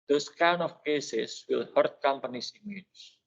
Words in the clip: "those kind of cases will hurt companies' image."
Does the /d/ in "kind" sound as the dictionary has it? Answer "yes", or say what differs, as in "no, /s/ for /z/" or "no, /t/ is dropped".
no, /d/ is dropped